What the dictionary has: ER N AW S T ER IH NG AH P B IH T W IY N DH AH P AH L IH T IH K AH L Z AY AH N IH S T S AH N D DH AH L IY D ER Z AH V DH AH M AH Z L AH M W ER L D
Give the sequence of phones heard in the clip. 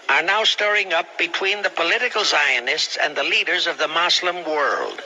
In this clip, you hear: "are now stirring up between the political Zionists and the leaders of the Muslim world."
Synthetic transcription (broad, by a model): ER N AW S T ER IH NG AH P B IH T W IY N DH AH P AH L IH T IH K L S AY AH N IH S T S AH N DH AH L IY D ER Z AH V DH AH M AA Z L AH M W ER L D